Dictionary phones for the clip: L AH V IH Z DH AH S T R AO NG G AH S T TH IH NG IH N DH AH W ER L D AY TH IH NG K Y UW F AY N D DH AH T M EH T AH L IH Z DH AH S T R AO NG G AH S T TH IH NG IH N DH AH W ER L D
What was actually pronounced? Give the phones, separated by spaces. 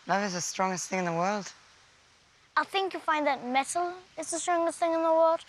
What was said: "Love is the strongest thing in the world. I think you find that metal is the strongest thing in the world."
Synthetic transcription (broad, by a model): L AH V IH Z DH AH S T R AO NG G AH S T TH IH NG IH N DH AH W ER L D AY TH IH NG K Y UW F AY N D DH AH T M EH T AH L IH Z DH AH S T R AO NG G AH S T TH IH NG IH N DH AH W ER L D